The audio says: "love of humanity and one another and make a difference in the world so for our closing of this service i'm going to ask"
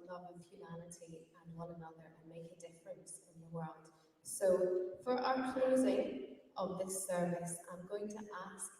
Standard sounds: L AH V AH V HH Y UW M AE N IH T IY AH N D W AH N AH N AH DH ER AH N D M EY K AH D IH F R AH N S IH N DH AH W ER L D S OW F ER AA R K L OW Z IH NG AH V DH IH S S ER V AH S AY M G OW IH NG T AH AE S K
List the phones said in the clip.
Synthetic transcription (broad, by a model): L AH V AH V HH Y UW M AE L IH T IY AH N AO L AH N AH DH ER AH N M EY K AH D IH F R AH N S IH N DH AH W ER L D S OW F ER AA R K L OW Z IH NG AH V DH IH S S ER V AH S AY M G OW IH NG T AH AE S